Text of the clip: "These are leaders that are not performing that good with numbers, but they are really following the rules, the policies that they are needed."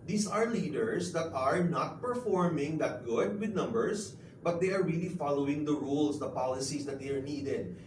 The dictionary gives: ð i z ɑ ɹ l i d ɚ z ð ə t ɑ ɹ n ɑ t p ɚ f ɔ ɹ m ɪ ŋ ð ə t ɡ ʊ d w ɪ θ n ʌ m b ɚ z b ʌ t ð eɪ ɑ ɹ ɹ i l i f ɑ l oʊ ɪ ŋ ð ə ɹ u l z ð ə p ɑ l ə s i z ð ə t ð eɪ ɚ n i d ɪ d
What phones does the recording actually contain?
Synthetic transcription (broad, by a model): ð i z ɑ ɹ l i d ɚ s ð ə t ɑ ɹ n ɑ t p ɚ f ɔ ɹ m ɪ ŋ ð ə t ɡ ʊ d w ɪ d n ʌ m b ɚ s b ʌ t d eɪ ɑ ɹ ɹ i l i f ɑ l oʊ ɪ ŋ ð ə ɹ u l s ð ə p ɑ l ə s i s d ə t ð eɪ ɚ n i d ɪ d